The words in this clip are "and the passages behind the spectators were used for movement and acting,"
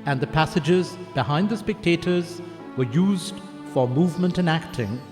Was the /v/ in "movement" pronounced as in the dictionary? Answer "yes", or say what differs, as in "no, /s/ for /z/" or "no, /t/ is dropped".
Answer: yes